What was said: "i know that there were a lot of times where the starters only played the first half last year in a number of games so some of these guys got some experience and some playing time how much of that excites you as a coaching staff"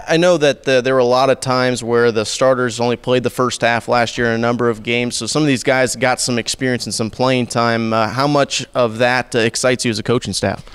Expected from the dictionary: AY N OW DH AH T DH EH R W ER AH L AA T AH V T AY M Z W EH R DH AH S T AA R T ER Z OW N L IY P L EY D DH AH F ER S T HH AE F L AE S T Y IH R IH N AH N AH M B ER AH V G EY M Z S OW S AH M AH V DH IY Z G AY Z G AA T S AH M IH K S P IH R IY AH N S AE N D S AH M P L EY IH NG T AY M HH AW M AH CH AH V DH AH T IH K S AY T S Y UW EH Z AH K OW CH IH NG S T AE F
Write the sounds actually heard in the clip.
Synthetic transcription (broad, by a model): AY N OW DH AH T DH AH R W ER AH L AA T AH V T AY M Z W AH R DH AH S T AA R T ER Z OW N L IY P L EY D DH AH F ER S T HH AE F L AE S T Y IH R IH N AH N AH M B ER AH V G EY M Z S OW S AH M AH V DH IY Z G AY Z G AA T S AH M IH K S P IH R IY AH N S N S AH M P L EY IH NG T AY M HH AW M AH CH AH V DH AH T IH K S AY T S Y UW Z AH K OW CH IH NG S T AE F